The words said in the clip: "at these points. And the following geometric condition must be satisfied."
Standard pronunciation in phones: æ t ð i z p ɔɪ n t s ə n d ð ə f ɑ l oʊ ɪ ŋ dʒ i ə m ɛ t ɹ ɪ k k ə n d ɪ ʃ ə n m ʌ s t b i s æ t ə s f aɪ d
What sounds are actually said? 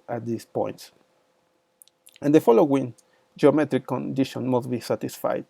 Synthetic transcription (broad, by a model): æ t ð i s p ɔɪ n t s ə n d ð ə f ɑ l oʊ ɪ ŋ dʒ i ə m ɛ t ɹ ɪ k k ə n d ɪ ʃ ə n m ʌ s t b i s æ t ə s f aɪ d